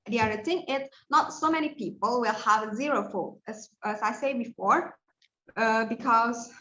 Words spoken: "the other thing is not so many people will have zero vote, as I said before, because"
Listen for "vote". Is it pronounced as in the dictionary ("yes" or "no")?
no